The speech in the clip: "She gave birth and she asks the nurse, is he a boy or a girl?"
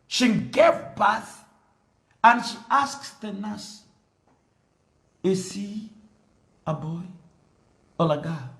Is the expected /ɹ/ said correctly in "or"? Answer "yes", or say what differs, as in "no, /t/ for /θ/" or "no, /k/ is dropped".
no, /l/ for /ɹ/